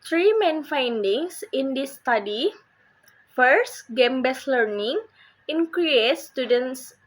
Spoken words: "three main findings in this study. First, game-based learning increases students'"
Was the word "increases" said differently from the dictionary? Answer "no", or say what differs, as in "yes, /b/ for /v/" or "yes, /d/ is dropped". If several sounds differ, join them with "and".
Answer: yes, /s/ is dropped